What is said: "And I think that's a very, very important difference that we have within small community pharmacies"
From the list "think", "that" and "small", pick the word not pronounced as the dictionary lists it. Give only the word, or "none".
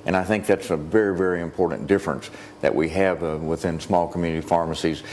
none